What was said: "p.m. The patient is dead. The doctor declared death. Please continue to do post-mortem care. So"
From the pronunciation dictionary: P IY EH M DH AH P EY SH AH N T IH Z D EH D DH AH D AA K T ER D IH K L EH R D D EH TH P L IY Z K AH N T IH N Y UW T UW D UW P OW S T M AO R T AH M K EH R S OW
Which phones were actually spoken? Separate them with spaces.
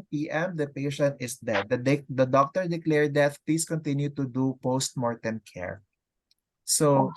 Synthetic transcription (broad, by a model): P IY EH M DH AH P EY SH AH N T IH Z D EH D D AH D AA K T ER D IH K L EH R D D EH T P L IY S K AH N T IH N Y UW T UW D UW P OW S T M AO R T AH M K EH R S OW